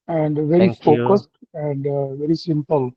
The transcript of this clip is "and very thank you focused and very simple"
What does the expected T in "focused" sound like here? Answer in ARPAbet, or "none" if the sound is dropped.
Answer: T